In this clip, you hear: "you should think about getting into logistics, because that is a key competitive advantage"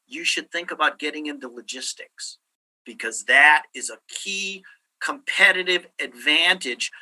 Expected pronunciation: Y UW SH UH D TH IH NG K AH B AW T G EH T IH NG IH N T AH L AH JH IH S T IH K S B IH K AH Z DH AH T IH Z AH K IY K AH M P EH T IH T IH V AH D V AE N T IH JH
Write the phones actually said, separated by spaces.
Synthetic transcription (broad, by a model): Y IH SH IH D TH IH NG K AH B AW T G EH T IH NG IH N T AH L AH JH IH S T IH K S B IH K AH Z DH AH T IH Z AH K IY K AH M P EH T IH T IH V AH D V AE N T IH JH